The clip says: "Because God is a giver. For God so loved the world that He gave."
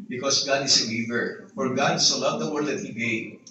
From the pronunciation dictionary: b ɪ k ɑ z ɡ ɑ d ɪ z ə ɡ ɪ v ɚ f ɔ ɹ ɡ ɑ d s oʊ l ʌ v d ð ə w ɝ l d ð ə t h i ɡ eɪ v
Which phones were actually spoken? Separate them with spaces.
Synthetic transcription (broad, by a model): b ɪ k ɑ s ɡ ɑ d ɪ s ə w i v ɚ f ɔ ɹ ɡ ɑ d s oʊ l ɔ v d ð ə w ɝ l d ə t h i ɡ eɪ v